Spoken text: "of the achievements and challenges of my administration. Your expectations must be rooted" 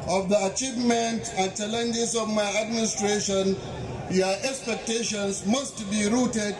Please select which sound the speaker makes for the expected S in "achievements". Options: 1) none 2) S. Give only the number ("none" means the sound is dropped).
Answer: 1